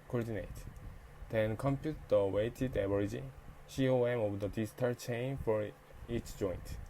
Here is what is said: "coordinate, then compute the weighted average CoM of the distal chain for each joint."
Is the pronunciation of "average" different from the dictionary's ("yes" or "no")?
yes